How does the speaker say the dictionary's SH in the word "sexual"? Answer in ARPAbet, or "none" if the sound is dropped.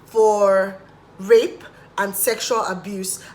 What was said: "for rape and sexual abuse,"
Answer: SH